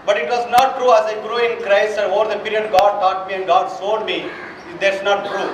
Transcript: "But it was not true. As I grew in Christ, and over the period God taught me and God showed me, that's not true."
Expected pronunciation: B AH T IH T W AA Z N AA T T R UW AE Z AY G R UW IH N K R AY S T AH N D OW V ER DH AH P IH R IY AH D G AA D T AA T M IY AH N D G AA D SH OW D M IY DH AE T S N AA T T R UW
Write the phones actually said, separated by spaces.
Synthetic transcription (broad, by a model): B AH T IH T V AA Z N AA T T R UW AE Z AY G R UW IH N K R AY S T AH N D OW V ER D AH P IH R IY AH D G AA D T AA T M IY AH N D G AA D S OW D M IY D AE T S N AA T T R UW